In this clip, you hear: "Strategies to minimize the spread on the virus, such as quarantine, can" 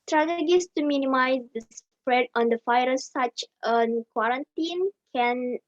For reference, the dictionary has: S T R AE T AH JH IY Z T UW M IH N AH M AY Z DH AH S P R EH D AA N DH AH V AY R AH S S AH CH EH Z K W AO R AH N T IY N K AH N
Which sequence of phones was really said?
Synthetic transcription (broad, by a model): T R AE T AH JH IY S T UW M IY N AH M AY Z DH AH S P R EH D AA N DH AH F AY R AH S S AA CH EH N K W AO R AH N T IY N K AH N